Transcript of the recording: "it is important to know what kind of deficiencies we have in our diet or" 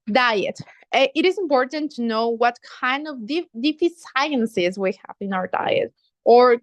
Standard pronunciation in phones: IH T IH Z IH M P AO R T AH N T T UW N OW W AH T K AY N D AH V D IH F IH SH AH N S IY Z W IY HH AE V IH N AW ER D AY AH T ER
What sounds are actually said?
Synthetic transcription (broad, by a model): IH T IH Z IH M P AO R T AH N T T UW N OW W AH T K AY N D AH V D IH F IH S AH N S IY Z W IY HH AE V IH N AW ER D AY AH T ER